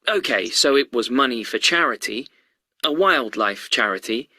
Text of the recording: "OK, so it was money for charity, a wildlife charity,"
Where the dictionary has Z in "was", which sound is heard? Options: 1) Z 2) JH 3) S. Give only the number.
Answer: 1